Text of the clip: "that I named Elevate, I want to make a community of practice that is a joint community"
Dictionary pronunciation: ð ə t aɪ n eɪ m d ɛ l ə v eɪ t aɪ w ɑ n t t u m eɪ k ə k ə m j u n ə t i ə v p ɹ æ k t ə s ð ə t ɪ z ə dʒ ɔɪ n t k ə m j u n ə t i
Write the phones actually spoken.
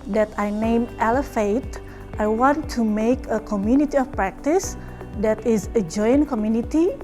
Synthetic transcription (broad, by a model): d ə t aɪ n eɪ m ɛ l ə f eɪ t aɪ w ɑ n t t u m eɪ k ə k ə m j u n ə t i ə f p ɹ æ k t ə s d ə t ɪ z ə dʒ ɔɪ n k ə m j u n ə t i